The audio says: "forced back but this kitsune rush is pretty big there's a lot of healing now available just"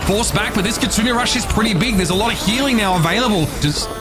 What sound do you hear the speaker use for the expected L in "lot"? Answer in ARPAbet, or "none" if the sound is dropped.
L